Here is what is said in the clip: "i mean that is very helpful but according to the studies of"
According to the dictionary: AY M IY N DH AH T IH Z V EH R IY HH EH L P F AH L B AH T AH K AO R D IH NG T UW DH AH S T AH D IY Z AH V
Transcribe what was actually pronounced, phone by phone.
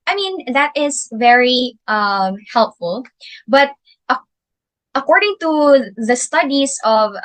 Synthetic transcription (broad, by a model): AY M IY N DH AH T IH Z V EH R IY HH EH L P F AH L B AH T AH K AO R D IH NG T UW DH AH S T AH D IY S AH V